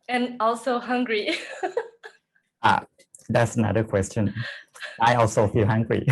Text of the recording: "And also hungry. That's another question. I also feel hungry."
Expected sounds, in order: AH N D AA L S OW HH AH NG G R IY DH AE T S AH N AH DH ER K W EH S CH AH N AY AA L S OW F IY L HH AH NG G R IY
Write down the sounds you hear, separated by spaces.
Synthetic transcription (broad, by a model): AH N AA L S OW HH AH NG G R IY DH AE T S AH N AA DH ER K W EH S CH AH N AY AA L S OW F IY L HH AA NG G R IY